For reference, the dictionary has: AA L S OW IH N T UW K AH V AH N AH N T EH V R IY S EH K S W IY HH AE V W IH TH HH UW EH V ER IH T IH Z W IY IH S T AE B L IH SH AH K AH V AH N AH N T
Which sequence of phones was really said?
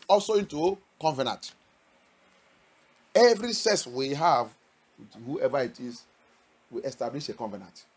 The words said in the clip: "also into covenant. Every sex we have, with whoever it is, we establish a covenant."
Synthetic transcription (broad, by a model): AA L S OW IH N T UW K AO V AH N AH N T EH V R IY S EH S W IY HH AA V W HH UW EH V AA IH T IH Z W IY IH S T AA B L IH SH AH K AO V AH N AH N T